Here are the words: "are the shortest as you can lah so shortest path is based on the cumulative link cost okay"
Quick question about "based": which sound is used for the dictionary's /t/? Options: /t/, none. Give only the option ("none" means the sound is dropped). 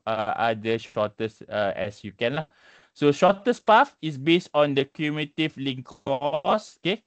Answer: /t/